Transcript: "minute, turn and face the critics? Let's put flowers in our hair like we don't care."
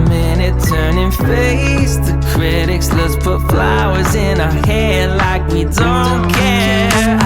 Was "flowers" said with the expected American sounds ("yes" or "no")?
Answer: yes